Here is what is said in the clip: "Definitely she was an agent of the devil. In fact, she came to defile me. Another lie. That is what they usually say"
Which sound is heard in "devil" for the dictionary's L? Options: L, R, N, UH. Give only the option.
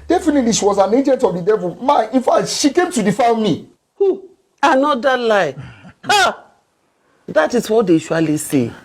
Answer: N